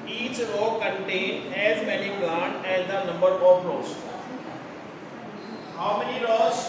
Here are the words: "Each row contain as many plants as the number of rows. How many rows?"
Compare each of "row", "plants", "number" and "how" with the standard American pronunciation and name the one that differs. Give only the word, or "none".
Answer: plants